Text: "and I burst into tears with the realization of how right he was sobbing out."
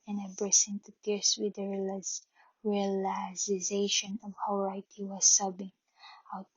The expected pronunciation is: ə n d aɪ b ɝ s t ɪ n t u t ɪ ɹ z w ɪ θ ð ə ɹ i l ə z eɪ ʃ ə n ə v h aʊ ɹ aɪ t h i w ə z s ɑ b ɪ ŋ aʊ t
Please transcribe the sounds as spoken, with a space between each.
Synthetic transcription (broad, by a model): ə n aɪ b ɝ s ɪ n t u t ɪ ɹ s w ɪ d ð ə ɹ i l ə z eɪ ʃ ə n ə v h aʊ ɹ aɪ t h i w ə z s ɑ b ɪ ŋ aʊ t